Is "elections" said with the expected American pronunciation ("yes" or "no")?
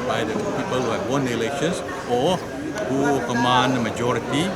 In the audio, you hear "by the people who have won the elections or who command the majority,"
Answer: no